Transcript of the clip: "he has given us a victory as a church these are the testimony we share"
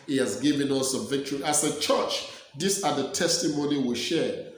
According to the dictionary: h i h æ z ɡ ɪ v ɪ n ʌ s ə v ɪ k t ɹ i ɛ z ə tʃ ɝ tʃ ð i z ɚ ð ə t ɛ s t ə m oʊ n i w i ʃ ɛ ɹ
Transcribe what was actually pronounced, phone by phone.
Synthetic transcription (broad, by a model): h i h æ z ɡ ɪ v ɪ n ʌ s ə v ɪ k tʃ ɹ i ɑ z ə tʃ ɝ tʃ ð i s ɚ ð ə t ɛ s t ə m oʊ n i w i ʃ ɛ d